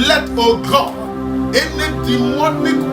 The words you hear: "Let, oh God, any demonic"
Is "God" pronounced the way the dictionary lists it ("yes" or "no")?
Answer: no